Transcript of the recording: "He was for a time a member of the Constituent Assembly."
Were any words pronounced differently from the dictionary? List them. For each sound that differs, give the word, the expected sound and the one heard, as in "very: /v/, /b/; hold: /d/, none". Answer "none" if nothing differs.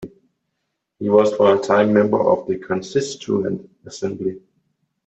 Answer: time: /m/, none